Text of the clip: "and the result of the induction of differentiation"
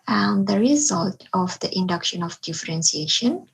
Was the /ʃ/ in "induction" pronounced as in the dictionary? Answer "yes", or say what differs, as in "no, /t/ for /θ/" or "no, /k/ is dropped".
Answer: yes